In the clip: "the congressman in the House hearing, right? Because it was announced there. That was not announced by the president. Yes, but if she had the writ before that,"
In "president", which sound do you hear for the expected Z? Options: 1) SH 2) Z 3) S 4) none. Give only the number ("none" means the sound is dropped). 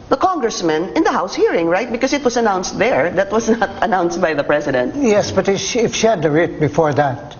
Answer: 3